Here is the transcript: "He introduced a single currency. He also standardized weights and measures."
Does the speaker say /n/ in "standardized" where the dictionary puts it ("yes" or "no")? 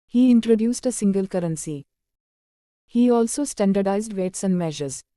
yes